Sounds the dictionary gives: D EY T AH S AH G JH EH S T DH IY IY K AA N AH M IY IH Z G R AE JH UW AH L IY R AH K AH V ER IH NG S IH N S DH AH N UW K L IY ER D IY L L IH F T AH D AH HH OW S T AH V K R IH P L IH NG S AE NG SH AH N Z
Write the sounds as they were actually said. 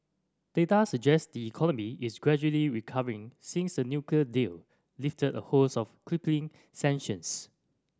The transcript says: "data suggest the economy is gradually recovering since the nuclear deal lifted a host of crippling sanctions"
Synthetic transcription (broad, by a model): D EY T AH S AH JH EH S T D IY IY K AA N AH M IY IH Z G R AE JH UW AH L IY R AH K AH V ER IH NG S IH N S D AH N UW K L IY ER D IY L L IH F T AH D AH HH OW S AH F K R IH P L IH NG S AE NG SH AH N S